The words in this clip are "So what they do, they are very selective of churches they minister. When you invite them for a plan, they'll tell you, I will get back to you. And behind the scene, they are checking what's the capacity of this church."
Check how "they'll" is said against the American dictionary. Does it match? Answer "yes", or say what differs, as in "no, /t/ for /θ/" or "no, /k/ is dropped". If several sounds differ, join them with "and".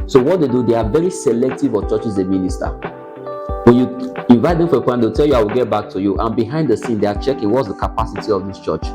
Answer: no, /w/ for /l/